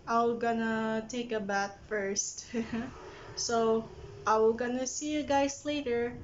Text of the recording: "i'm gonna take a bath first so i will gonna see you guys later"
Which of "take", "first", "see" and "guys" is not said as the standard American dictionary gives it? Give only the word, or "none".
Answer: guys